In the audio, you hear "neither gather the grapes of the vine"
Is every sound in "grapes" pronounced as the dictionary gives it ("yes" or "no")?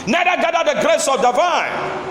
no